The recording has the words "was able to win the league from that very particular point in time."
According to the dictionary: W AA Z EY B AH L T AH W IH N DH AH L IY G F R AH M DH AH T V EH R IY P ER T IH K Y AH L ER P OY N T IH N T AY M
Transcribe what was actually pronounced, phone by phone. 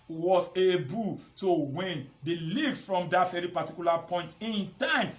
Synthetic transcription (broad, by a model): W AA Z EY B AH L T AH W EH N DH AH L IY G F R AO M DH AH T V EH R IY P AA T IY K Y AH L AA P OY N T IH N T AY M